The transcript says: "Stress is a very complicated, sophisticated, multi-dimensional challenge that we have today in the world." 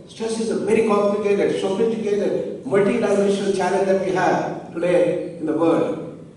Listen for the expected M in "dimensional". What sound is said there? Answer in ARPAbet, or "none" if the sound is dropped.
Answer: none